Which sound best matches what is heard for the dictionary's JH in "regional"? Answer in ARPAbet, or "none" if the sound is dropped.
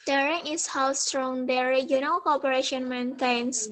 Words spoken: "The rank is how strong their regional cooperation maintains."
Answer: none